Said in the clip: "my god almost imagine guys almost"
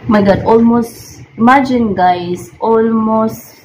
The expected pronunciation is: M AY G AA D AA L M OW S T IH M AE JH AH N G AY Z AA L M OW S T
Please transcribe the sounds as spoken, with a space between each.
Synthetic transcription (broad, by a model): M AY G AA D AA L M OW S T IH M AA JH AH N G AY S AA L M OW S T